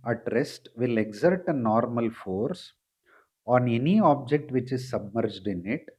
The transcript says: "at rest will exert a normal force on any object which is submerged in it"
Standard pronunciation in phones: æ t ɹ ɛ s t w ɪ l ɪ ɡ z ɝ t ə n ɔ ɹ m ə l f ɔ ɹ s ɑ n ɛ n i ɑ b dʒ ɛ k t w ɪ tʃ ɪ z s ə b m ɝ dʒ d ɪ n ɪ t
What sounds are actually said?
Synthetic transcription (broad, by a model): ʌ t ɹ ɛ s t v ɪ l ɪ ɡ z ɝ t ə n ɔ ɹ m ə l f ɔ ɹ s ɑ n ɛ n i ɑ b dʒ ɛ k t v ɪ tʃ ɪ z s ə b m ɝ dʒ d ɪ n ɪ t